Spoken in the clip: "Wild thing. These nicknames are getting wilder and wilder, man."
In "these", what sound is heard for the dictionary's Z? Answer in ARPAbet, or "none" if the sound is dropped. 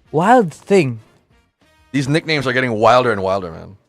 Z